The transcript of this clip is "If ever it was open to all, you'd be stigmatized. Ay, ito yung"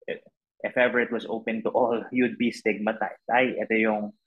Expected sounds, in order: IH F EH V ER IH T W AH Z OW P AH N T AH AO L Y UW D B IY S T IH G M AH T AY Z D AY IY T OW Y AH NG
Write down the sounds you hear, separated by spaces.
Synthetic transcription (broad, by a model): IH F EH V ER IH T W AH S OW P AH N T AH AO L Y UW D B IY S T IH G M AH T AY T AY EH T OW Y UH NG